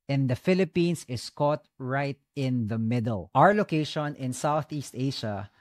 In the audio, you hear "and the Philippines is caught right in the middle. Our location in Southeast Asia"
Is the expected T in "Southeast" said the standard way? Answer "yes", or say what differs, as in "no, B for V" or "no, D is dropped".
yes